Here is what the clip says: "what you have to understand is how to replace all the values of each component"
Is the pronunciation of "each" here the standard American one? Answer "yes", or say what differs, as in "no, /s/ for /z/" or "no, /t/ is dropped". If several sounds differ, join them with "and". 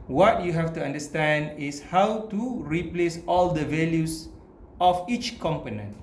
yes